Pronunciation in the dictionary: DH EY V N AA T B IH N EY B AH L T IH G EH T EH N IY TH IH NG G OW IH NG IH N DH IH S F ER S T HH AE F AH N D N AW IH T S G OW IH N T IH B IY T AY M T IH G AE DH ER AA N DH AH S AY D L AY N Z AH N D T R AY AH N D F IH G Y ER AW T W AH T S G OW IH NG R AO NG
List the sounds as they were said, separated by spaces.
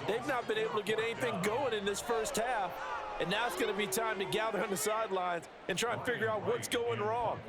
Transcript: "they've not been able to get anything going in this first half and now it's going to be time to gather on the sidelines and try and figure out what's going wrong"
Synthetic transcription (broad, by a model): DH EY V N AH T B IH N EY B L T IH G EH T EH N IY TH IH NG G OW IH NG IH N DH IH S F ER S T HH AE F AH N N AW IH T S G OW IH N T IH B IY T AY M T IH G AE DH ER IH N DH AH S AY D L AY N Z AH N T R AY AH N F IH G Y ER AW T W AH T S G OW IH NG R AO NG